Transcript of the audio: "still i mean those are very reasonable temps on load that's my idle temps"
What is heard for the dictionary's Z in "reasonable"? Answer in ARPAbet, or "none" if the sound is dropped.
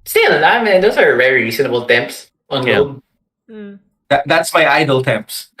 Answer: S